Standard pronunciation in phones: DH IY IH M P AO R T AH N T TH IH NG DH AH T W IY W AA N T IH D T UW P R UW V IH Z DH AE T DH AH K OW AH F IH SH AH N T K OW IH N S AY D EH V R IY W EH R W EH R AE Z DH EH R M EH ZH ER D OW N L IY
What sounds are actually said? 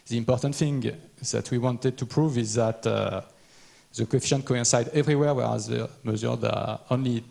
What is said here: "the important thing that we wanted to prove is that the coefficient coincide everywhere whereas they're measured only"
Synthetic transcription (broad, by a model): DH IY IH M P AO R T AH N T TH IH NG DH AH T W IY W AA N T IH D T UW P R UW V IH Z DH AE T DH AH K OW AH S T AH N K OW IH N S AY D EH V R IY W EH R W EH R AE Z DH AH M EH Z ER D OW N L IY